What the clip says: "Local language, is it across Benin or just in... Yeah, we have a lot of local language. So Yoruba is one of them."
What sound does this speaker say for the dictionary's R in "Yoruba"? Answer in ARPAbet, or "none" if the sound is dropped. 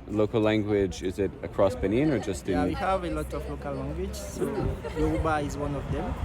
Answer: none